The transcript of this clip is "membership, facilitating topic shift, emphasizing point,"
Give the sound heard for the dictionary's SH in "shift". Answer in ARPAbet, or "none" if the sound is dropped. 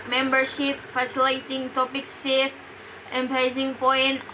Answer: S